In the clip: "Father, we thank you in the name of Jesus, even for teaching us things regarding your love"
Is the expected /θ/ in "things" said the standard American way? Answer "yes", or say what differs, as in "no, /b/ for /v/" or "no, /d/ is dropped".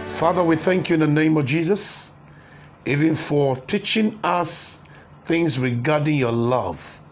yes